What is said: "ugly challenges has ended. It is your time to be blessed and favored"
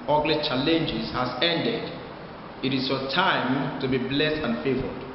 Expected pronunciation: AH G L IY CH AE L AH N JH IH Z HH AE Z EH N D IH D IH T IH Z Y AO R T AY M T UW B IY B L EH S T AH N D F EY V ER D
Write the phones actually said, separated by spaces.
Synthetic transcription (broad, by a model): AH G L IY CH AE L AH N JH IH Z HH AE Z EH N D IH D IH T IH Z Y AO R T AY M T UW B IY B L EH S T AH N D F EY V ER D